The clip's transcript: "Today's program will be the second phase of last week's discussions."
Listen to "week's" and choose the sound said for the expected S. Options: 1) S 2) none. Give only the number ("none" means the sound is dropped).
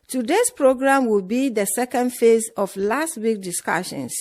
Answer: 2